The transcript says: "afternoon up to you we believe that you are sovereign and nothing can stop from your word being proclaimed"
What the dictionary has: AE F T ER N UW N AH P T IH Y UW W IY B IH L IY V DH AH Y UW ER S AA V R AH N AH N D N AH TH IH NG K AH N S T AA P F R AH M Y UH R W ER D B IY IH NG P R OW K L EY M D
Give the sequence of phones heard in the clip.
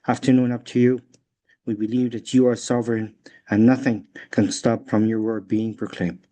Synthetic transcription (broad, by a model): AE F T ER N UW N AH P T IH Y UW W IY B IH L IY V DH AH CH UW ER S AA V R AH N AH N N AH TH IH NG K AH N S T AA P F R AH M Y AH R W ER D B IY IH NG P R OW K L EY M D